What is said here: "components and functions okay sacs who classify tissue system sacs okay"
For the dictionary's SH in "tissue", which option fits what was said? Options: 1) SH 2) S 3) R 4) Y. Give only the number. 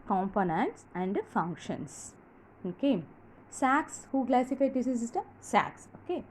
2